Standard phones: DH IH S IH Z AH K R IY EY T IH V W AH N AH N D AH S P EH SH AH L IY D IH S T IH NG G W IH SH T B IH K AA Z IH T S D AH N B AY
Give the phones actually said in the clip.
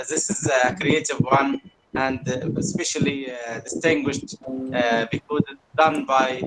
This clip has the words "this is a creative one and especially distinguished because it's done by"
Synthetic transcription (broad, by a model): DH IH S IH Z AH K R IY EY T IH V W AH N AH N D AH S P EH SH AH L IY D IH S T IH NG G W IH SH T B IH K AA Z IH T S D AH N B AY